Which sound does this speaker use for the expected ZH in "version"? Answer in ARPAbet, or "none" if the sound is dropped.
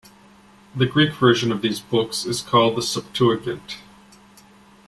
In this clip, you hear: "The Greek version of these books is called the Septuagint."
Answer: ZH